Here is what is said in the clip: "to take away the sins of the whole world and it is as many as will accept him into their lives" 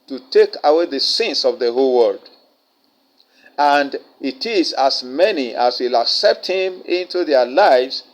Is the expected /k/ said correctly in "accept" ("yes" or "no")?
yes